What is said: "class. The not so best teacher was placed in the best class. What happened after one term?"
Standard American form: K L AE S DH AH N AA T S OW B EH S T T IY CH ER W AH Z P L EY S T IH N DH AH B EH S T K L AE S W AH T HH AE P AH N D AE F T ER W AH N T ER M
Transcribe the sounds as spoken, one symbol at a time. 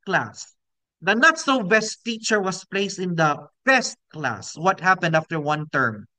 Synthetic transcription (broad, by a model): K L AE S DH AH N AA T S OW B EH S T T IY CH ER W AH S P L EY S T IH N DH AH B EH S T K L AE S W AH T HH AE P AH N D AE F T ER W AH N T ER M